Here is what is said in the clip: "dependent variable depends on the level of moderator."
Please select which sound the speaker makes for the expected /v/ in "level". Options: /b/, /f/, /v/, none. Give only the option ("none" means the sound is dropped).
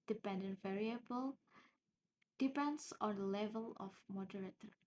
/v/